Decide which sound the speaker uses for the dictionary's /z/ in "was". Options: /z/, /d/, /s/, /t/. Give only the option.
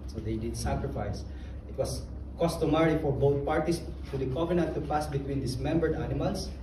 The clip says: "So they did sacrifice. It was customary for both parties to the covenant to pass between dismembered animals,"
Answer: /s/